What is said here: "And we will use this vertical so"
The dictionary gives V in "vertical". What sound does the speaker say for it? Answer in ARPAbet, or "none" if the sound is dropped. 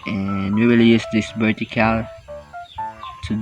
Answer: B